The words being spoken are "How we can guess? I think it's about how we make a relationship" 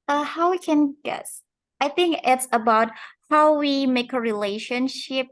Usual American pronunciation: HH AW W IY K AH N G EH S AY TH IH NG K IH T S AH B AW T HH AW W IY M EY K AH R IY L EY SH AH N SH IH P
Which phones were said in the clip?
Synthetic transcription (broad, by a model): HH AW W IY K AH N G EH S AY TH IH NG K IH T S AH B AW T HH AW W IY M EY K AH R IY L EY SH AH N SH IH P